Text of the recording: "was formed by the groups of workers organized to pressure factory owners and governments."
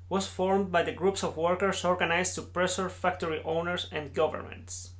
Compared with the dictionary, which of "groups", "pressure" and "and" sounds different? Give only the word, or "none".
pressure